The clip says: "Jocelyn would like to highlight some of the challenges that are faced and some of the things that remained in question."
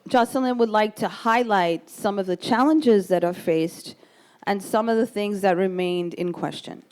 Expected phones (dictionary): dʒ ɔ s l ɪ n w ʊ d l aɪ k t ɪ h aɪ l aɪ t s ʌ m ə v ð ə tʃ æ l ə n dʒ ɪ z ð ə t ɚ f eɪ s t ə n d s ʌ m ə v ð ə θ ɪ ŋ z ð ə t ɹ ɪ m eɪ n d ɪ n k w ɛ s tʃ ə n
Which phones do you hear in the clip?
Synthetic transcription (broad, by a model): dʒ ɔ s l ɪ n w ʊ d l aɪ k t ɪ h aɪ l aɪ t s ʌ m ə v ð ə tʃ æ l ə n dʒ ɪ z ð ə t ɚ f eɪ s t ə n s ʌ m ə v ð ə θ ɪ ŋ z ð ə t ɹ ɪ m eɪ n d ɪ n k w ɛ s tʃ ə n